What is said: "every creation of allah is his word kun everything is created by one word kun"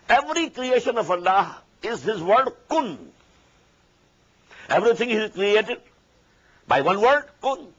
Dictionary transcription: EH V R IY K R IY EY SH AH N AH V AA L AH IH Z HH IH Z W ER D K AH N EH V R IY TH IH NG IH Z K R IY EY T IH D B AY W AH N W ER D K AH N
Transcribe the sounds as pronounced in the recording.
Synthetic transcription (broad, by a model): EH V R IY K R IY EY SH AH N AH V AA L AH IH Z HH IH Z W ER D K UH N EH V R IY T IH NG IH Z K R IY EY T IH D B AY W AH N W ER D K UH N